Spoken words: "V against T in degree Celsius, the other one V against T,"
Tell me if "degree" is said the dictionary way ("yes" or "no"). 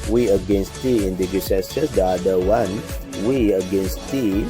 no